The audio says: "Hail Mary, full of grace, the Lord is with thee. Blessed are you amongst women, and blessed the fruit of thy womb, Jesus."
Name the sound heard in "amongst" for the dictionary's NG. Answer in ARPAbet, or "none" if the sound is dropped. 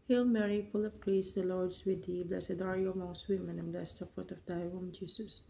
none